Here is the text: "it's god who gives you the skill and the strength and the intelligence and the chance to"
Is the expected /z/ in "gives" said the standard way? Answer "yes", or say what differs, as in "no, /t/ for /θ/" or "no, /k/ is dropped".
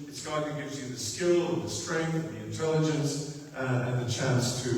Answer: yes